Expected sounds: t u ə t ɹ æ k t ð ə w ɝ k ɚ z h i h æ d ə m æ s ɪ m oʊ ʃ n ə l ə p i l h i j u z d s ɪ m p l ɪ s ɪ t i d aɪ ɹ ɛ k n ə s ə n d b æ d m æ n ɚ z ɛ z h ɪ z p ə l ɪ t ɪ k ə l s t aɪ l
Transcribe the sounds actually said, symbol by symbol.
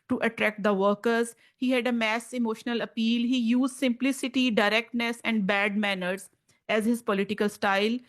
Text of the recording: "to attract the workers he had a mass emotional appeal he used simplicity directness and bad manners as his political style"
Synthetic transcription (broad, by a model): t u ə t ɹ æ k t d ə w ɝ k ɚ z h i h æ d ə m æ s ɪ m oʊ ʃ n ə l ə p i l h i j u z d s ɪ m p l ɪ s ɪ t i d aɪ ɹ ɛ k n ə s ə n d b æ d m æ n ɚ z ɛ z h ɪ z p ə l ɪ t ɪ k ə l s t aɪ l